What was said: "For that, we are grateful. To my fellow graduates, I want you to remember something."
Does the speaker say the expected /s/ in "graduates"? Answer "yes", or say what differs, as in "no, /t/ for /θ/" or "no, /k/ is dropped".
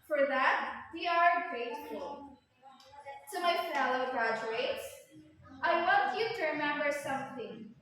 yes